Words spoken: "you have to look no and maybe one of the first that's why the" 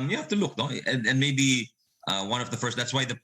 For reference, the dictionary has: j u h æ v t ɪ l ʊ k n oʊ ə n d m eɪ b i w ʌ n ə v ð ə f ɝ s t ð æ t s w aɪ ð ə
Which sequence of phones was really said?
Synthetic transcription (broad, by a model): j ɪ h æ f t ɪ l ʊ k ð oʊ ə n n m eɪ b i w ʌ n ə v ð ə f ɝ s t ð æ t s w aɪ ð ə